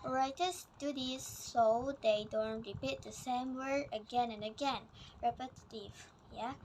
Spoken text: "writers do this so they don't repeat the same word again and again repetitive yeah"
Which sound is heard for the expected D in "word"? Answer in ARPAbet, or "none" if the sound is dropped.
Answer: none